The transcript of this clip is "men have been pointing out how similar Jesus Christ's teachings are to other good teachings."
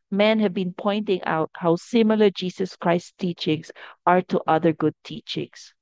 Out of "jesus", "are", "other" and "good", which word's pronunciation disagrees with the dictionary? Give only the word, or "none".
jesus